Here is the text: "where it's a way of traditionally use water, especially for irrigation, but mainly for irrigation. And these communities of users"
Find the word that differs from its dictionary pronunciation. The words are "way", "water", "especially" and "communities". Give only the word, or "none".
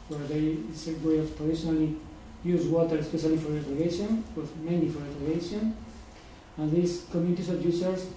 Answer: communities